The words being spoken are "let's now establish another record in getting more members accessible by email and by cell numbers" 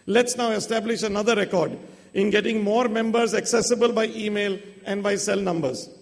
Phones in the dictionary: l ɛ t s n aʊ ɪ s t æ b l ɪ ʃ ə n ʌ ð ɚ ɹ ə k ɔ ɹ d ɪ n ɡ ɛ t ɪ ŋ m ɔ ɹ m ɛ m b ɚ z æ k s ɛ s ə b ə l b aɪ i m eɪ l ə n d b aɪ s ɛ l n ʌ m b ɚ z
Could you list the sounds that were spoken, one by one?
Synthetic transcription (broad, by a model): l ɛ t s n aʊ ɪ s t æ b l ɪ ʃ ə n ʌ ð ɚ ɹ ə k ɔ ɹ d ɪ n ɡ ɛ t ɪ ŋ m ɔ ɹ m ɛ m b ɚ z æ k s ɛ s ə b ə l b aɪ i m eɪ l ə n d b aɪ s ɛ l n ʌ m b ɚ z